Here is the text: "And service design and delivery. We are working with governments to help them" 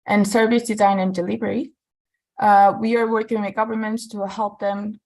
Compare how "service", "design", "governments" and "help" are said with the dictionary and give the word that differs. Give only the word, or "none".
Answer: none